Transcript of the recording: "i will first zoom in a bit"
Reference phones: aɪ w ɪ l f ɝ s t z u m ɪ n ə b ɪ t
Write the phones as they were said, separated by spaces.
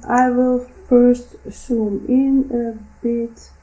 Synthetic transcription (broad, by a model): aɪ w ɪ l f ɝ s t s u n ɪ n ə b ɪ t